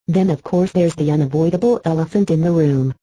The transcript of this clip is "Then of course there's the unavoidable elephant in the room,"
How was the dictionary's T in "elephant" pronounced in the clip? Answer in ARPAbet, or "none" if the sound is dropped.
T